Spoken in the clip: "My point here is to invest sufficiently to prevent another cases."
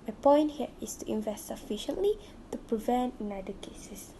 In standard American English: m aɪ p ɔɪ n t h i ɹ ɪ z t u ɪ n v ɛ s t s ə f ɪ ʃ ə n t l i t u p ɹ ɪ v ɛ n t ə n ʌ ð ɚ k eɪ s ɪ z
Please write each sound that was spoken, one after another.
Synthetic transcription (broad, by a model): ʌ p ɔɪ n t h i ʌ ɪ s t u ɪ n v ɛ s t s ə f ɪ ʃ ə n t l i t u p ɹ ɪ v ɛ n t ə n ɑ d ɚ k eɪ s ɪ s